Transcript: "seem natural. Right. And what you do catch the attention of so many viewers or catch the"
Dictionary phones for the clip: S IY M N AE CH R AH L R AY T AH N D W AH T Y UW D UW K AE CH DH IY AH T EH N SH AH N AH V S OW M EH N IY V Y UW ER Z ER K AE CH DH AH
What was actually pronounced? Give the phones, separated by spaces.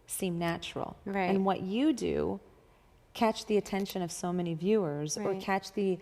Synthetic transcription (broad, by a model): S IY M N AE CH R L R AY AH N W AH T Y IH D UW K AE CH DH IY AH T EH N SH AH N AH V S OW M EH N IY V Y UW ER Z ER K AE CH DH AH